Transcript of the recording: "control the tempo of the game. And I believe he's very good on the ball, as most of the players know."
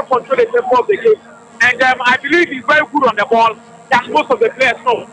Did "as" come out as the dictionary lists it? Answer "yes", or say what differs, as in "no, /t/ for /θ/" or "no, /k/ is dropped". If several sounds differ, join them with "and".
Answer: no, /s/ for /z/